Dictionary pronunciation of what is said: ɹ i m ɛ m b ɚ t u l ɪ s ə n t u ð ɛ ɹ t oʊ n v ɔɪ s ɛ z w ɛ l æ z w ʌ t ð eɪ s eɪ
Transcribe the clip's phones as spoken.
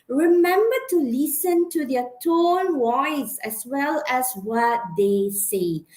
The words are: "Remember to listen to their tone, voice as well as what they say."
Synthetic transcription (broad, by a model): ɹ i m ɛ m b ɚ t u l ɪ s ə n t u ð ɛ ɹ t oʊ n w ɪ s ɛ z w ɛ l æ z w ʌ t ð eɪ s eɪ